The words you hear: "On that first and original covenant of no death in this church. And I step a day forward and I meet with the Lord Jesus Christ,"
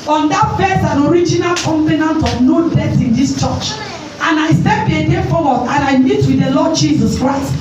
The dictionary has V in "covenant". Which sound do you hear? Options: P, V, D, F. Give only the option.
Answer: P